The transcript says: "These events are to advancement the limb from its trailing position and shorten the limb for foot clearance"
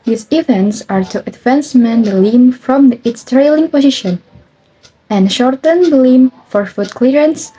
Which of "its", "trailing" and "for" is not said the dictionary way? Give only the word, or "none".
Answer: none